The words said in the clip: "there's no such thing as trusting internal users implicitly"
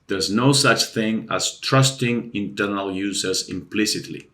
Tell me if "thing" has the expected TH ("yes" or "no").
yes